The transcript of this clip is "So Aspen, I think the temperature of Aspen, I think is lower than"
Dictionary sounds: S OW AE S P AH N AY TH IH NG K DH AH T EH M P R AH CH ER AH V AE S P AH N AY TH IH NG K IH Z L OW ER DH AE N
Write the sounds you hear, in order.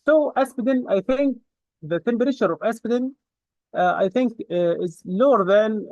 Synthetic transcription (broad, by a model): S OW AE S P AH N AY TH IH NG K DH AH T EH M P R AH SH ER AH V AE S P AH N AY TH IH NG K IH Z L OW ER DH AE N